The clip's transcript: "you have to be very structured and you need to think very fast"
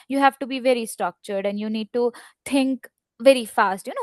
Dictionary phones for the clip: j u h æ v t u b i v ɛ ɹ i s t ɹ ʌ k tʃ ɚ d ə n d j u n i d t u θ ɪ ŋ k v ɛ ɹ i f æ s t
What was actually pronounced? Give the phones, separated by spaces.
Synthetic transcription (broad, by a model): j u h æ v t u b i v ɛ ɹ i s t ɹ ʌ k tʃ ɚ d ə n d j u n i d t u t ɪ ŋ k v ɛ ɹ i f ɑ s t